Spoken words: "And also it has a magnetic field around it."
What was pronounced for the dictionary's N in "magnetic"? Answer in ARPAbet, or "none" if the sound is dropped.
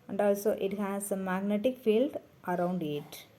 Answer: N